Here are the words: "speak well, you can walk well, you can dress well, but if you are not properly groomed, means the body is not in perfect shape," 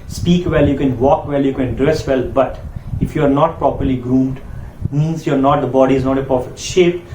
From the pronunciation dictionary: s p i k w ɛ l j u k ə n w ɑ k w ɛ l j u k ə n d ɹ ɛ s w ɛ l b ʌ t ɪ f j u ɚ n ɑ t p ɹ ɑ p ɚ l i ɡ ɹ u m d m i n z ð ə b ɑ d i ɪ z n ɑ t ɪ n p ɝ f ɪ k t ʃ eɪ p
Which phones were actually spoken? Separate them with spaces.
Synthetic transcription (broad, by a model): s p i k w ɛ l j u k ə n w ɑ k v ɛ l j u k ə n d ɹ ɛ s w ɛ l b ʌ t ɪ f j u ɚ n ɑ t p ɹ ɑ p ɚ l i ɡ ɹ u m d m i n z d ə b ɑ d i ɪ z n ɑ t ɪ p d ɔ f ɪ t ʃ eɪ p